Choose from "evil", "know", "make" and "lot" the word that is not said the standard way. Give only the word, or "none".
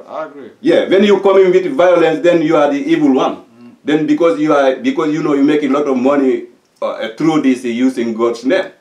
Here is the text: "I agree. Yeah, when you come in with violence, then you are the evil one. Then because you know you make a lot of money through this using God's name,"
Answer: none